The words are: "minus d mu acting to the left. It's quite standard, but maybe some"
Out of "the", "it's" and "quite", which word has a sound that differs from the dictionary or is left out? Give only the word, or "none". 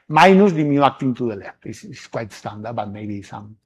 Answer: it's